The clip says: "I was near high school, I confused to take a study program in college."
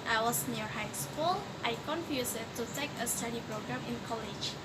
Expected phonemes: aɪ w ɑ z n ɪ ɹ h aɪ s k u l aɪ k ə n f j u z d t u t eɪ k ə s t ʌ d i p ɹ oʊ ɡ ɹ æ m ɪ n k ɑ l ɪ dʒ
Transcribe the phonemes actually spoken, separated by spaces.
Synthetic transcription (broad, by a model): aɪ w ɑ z n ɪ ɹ h aɪ s k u l aɪ k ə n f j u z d t u t eɪ k ə s t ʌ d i p ɹ oʊ ɡ ɹ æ m ɪ n k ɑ l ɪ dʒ